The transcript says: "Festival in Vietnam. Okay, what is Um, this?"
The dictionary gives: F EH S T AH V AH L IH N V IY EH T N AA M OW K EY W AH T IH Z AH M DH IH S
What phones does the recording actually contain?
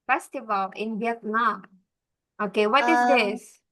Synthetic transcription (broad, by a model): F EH S T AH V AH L IH N B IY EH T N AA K OW K EY W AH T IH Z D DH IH S